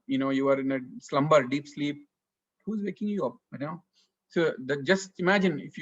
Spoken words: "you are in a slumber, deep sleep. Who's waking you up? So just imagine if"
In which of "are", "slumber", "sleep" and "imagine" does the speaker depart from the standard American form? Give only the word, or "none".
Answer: none